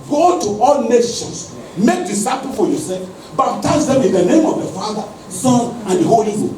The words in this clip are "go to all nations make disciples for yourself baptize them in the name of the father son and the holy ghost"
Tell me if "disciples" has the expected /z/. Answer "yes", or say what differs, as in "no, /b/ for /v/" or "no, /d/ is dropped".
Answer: no, /z/ is dropped